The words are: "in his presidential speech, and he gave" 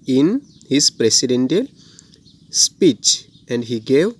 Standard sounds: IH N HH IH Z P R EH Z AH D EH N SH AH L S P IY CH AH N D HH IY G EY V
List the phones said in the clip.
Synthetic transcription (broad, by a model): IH N HH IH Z P R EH S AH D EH N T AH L S P IY CH AH N D HH IY G EY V